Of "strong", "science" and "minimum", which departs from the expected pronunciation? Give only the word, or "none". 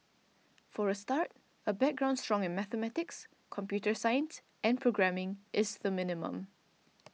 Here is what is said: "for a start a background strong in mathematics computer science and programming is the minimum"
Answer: none